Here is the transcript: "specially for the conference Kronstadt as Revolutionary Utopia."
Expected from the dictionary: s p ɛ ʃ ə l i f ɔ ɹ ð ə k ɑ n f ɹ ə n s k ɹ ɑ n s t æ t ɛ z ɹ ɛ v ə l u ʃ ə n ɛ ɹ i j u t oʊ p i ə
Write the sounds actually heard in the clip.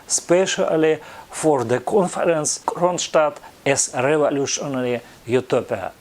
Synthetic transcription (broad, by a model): s p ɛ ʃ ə l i f ɔ ɹ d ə k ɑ n f ɹ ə n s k ɹ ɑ n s t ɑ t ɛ s ɹ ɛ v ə l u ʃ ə n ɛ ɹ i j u t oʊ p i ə